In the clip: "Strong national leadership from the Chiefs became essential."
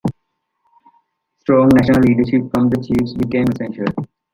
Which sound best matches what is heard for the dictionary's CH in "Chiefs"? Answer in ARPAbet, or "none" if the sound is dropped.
CH